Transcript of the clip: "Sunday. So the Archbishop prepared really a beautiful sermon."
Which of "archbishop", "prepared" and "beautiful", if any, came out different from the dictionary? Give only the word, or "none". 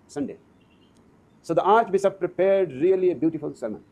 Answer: archbishop